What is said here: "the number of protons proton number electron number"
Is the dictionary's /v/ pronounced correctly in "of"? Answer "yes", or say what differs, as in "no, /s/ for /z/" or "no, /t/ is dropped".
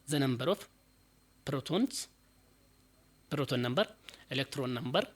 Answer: no, /f/ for /v/